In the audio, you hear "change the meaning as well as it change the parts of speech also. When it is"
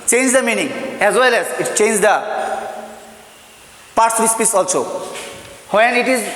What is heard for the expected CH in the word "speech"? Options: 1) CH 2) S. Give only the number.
2